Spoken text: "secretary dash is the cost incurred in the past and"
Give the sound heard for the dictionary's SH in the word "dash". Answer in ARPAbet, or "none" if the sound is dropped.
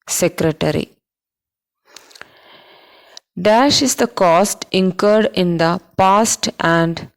SH